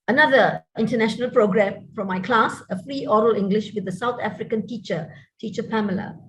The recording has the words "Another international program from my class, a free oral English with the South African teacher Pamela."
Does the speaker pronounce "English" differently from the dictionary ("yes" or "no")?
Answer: no